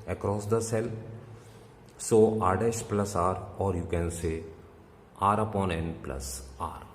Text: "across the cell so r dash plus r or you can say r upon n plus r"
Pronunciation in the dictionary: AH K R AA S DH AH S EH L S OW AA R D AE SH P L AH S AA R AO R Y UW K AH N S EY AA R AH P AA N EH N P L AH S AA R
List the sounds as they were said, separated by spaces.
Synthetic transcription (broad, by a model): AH K R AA S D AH S EH L S OW AA R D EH S P L AH S AA R AO R Y UW K AH N S EY AA R AH P AA N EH N P L AH S AA R